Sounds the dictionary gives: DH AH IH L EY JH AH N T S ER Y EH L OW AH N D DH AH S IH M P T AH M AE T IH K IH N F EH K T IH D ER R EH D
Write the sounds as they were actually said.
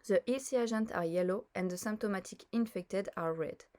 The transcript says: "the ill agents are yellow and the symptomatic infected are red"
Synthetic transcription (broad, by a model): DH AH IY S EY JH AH N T AA Y EH L OW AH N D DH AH S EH M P T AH M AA T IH K IH N F EH K T IH D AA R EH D